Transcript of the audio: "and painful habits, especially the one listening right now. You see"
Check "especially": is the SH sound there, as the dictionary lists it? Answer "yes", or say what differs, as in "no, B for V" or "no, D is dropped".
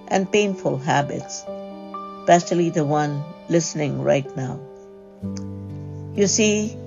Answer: no, S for SH